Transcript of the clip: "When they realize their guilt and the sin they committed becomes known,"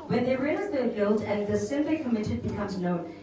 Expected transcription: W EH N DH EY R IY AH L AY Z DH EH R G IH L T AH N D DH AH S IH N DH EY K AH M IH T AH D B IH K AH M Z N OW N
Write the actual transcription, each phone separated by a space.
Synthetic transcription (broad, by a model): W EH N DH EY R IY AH N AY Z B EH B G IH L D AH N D DH AH S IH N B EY K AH M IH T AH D B IH K AH M Z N OW N